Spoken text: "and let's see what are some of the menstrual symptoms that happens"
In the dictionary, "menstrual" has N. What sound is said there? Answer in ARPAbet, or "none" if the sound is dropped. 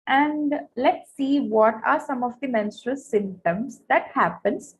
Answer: N